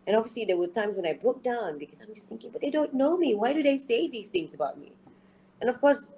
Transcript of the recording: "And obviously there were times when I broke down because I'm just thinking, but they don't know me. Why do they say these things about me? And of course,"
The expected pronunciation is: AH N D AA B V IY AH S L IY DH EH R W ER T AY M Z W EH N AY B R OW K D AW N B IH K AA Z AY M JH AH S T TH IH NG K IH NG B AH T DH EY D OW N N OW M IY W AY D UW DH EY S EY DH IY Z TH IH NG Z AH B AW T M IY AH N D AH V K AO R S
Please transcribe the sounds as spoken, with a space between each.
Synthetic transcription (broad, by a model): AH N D AA V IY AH S L IY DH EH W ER T AY M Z W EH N AY B R OW K D AW N B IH K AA S AY M JH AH S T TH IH NG K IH NG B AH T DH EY D OW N N OW M IY W AY D UW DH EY S EY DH IY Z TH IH NG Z AH B AW T M IY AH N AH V K AO S